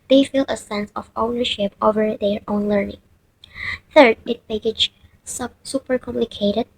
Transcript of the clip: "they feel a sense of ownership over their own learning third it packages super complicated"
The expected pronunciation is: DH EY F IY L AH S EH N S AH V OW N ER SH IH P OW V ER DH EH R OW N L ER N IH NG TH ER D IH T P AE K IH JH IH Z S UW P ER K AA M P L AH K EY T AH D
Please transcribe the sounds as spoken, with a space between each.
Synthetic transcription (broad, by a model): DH EY F IY L AH S EH N S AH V OW N ER SH IH P OW V ER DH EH R OW N L ER N IH NG TH ER D IH T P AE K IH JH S S UW P ER K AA M P L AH K EY T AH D